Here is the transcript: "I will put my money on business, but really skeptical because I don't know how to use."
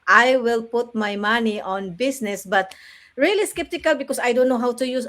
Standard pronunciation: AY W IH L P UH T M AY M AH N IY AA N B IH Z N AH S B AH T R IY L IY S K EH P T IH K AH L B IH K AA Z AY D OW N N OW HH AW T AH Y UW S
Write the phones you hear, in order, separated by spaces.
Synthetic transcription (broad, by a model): AY W IH L P UH T M AY M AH N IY AA N B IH S N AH S B AH T R IY L IY S K EH P T IH K AH L B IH K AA S AY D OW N N OW HH AW T AH Y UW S